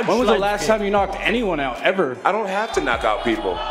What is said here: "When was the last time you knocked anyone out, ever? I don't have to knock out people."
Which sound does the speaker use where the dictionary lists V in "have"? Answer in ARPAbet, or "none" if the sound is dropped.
F